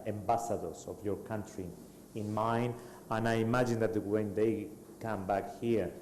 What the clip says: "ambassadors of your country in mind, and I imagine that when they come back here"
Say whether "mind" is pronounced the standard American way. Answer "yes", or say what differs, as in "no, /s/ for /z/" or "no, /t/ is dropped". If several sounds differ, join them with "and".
no, /d/ is dropped